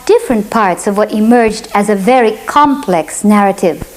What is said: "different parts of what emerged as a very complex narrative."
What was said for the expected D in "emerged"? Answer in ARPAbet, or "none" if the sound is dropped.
D